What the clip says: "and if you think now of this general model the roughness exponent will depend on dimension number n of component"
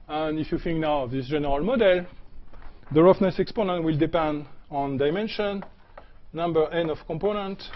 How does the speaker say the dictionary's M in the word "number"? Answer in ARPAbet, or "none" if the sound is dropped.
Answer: M